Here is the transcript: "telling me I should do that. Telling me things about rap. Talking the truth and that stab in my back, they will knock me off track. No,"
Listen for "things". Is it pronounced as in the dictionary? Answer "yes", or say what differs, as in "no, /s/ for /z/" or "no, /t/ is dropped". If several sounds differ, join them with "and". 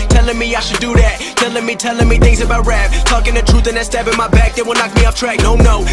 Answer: yes